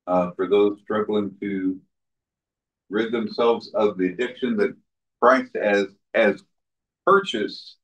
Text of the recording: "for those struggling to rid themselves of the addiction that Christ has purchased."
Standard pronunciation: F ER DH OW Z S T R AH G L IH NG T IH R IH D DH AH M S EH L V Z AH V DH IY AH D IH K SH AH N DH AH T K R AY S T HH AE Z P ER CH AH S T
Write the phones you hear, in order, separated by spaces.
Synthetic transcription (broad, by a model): F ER DH OW Z S T R AH G L IH NG T IH R IH D DH AH M S EH L V Z AH V DH IY AH D IH K SH AH N DH AH T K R AY S T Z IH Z P ER CH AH S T